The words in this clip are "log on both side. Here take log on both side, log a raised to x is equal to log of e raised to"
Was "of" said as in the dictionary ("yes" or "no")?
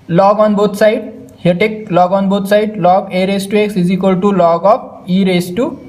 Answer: no